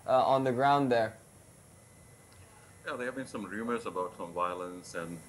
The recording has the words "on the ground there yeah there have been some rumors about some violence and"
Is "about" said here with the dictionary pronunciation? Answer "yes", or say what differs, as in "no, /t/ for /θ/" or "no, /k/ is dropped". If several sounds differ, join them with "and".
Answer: yes